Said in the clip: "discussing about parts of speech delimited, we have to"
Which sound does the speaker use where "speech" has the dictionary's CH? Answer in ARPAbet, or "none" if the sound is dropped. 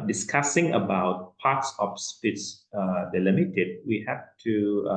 S